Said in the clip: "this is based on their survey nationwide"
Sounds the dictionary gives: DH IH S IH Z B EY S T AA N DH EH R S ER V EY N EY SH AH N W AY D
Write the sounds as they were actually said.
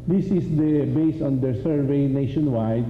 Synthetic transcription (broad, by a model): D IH S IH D B EY S AA N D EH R S ER V EY N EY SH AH N W AY D